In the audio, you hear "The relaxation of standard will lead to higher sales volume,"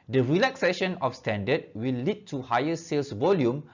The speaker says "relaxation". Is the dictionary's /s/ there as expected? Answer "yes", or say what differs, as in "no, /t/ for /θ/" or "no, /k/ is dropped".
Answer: yes